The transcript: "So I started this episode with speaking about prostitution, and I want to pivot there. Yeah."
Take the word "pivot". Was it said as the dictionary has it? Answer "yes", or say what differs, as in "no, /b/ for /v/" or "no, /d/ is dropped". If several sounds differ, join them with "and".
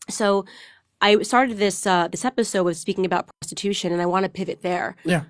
yes